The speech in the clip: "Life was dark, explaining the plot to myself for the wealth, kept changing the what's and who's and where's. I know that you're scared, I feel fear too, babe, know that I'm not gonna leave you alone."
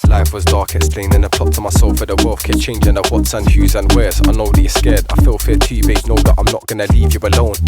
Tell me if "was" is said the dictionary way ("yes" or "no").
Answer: yes